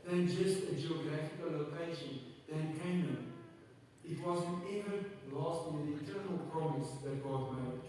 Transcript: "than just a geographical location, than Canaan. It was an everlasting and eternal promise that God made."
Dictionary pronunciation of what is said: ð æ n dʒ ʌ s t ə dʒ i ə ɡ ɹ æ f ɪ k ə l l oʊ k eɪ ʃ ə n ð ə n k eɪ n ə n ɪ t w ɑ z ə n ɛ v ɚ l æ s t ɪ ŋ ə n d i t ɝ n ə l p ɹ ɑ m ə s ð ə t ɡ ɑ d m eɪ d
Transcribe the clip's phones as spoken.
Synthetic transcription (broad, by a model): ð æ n dʒ ʌ s t ə dʒ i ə ɡ ɹ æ f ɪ k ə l l oʊ k eɪ ʃ ə n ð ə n k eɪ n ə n ɪ t w ɑ z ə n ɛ v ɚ l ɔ s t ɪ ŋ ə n i t ɝ n ə l p ɹ ɑ m ə s ð ə t ɡ ɑ d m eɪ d